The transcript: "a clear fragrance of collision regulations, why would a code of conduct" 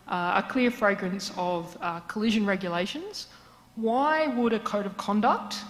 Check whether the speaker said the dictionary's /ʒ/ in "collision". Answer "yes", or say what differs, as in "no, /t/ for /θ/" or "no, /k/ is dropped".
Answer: yes